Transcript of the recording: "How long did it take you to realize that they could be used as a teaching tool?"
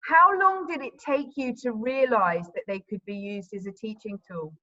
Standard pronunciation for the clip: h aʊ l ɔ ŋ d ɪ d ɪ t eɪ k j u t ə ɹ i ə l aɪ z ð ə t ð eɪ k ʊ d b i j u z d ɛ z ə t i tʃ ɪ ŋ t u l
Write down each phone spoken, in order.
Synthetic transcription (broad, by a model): h aʊ l ɔ ŋ d ɪ d ɪ t eɪ k j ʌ t ə ɹ i ə l aɪ z ð ə t ð eɪ k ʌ d b i j u z d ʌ z ə t i tʃ ɪ ŋ t u l